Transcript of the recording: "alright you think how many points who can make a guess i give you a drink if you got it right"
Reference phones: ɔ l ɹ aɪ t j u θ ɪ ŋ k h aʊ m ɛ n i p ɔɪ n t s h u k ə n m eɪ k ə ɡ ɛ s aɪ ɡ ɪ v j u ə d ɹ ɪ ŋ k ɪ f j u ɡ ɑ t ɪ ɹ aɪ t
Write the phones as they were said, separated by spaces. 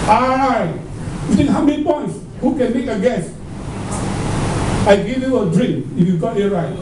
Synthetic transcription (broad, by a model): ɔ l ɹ aɪ t j u t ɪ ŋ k h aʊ m ɛ n i p ɔɪ n t s h u k ə n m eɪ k ə ɡ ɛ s aɪ ɡ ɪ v j u ə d ɹ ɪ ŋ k ɪ f j u ɡ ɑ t ɪ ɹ aɪ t